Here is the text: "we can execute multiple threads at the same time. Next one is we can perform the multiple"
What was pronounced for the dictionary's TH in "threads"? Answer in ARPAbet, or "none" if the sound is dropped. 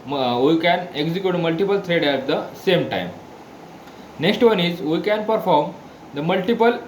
T